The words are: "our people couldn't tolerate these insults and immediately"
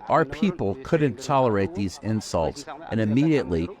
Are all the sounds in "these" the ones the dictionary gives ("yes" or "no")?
yes